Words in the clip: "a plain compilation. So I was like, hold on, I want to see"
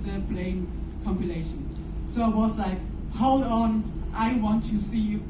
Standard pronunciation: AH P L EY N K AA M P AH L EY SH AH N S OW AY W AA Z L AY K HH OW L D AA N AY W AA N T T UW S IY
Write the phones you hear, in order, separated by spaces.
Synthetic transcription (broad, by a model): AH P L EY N K AA M P AH L EY SH AH N S OW AY W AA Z L AY K HH OW L D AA N AY W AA N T T UW S IY